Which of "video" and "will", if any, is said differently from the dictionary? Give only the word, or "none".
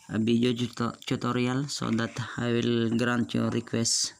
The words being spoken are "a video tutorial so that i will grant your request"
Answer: video